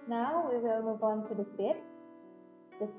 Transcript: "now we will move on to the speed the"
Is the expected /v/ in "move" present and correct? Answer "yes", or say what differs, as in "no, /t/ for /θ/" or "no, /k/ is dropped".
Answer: yes